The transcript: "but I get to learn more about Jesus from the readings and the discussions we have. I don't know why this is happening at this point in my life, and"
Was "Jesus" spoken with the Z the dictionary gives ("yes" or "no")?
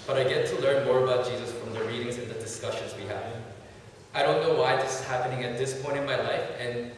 yes